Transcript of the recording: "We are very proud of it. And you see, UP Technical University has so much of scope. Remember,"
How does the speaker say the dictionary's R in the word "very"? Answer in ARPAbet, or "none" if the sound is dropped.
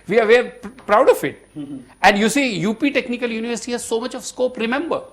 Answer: none